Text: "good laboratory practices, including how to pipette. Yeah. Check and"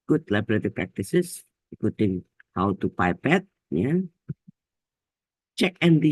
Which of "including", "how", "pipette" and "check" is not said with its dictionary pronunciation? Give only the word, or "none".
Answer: including